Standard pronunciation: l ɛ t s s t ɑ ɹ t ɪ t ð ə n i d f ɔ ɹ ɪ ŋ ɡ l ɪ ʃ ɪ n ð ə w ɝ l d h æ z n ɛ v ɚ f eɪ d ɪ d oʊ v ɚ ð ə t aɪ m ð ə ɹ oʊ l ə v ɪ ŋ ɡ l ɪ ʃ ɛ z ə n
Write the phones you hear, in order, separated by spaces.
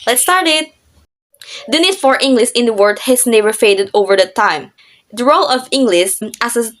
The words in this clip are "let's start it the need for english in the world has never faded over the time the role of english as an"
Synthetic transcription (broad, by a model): l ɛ t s s t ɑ ɹ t ɪ t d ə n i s f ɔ ɹ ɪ ŋ ɡ l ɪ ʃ ɪ n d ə w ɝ d h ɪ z n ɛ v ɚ f eɪ d ɪ d oʊ v ɚ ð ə t aɪ m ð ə ɹ oʊ l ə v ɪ ŋ ɡ l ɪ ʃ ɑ s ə